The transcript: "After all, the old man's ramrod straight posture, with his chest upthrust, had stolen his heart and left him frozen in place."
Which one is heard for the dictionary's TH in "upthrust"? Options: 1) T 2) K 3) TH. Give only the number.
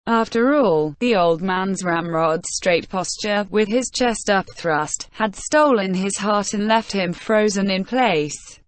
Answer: 3